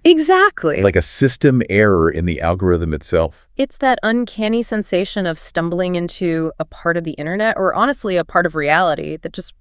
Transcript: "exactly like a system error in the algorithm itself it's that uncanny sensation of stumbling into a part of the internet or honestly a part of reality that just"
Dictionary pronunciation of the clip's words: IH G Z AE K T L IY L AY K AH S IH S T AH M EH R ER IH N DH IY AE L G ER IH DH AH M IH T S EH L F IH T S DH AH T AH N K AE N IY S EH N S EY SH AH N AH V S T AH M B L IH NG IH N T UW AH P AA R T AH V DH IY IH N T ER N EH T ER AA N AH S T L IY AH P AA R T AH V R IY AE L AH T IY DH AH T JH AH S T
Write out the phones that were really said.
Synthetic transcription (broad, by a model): IH G Z AE K T L IY L AY K AH S IH S T AH M EH R ER IH N DH IY AE L G ER IH DH AH M IH T S EH L F IH T S DH AH T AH N K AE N IY S EH N S EY SH AH N AH V S T AH M B L IH NG IH N T UW AH P AA R T AH V DH IY IH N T ER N EH T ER AA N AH S T L IY AH P AA R T AH V R IY AE L AH T IY DH AH T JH AH S T